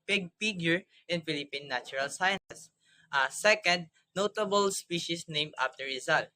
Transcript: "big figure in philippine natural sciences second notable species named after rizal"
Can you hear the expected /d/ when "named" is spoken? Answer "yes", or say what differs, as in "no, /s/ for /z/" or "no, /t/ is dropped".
no, /d/ is dropped